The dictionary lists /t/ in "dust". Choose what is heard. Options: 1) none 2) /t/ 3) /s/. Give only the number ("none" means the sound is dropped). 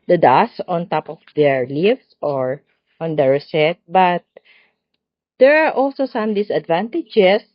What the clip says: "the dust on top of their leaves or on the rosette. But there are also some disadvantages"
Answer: 1